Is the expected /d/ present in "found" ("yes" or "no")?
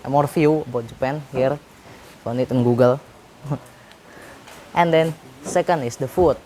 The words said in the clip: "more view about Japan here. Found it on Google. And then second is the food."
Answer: no